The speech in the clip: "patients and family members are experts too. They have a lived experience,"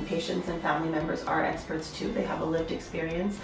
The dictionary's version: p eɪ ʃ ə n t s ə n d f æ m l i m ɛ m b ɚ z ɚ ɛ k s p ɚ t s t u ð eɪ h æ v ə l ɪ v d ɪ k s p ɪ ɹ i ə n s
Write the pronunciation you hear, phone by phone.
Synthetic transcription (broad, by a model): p eɪ ʃ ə n t s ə n f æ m l i m ɛ m b ɚ z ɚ ɛ k s p ɚ t s t u ð eɪ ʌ v ə l ɪ v d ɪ k s p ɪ ɹ i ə n s